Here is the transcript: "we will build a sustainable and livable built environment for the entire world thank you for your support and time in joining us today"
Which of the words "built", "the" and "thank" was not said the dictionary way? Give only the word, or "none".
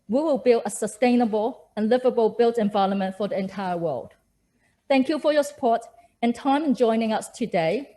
none